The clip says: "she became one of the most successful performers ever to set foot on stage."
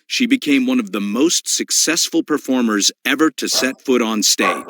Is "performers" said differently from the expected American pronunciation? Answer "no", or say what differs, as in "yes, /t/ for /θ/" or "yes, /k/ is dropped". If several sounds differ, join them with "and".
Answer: no